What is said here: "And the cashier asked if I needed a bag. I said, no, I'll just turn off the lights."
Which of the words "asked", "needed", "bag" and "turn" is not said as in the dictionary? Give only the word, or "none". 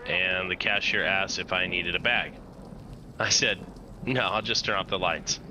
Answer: turn